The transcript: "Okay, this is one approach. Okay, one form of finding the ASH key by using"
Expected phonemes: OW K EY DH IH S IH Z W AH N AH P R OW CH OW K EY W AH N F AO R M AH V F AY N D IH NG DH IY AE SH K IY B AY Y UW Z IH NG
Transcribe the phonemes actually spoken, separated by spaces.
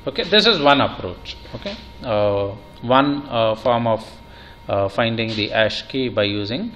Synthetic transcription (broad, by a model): OW K EY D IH S IH Z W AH N AH P R OW CH OW K EY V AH N F AO R M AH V F AY N D IH NG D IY AE SH K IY B AY Y UW Z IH NG